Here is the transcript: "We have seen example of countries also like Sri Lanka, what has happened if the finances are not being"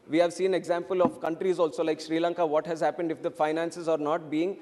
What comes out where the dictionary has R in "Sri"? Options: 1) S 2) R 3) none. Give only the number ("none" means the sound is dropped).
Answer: 2